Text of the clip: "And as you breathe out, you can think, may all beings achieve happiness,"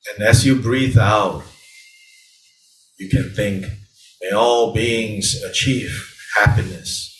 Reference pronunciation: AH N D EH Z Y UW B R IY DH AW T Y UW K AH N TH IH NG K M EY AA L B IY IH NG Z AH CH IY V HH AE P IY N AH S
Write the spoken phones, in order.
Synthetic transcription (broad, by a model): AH N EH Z Y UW B R IY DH AW T Y UW K AH N TH IH NG K M EY AA L B IY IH NG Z AH CH IY V HH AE P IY N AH S